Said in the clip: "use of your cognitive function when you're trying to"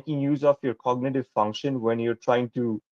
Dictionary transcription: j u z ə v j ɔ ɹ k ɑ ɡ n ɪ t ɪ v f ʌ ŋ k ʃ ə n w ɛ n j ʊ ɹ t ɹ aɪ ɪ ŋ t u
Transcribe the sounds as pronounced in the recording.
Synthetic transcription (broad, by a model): j u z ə f j ɔ ɹ k ɑ ɡ n ɪ t ɪ v f ʌ ŋ k ʃ ə n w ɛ n j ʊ ɹ t ɹ aɪ ɪ ŋ t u